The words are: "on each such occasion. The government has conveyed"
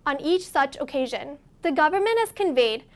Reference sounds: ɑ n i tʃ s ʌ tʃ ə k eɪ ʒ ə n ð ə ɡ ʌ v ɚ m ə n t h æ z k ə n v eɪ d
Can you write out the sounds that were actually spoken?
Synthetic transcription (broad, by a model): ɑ n i tʃ s ʌ tʃ ə k eɪ ʒ ə n ð ə ɡ ʌ v ɚ m ə n t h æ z k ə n v eɪ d